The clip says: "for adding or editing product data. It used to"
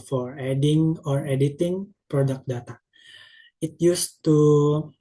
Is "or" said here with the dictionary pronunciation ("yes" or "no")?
yes